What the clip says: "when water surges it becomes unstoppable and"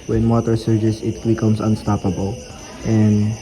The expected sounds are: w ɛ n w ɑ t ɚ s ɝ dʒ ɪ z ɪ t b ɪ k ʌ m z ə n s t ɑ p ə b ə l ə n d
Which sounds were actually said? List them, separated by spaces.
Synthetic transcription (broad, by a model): w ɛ n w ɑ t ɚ s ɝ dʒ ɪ s ɪ t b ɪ k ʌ m s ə n s t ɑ p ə b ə l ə n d